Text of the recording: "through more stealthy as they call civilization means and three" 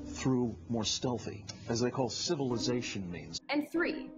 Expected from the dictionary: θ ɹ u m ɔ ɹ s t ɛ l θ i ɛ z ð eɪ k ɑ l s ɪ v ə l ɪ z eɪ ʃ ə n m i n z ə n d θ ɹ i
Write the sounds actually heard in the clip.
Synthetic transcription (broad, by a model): θ ɹ u m ɔ ɹ s t ɛ l θ i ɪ z ð eɪ k ɑ l s ɪ v ə l ɪ z eɪ ʃ ə n m i n z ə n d θ ɹ i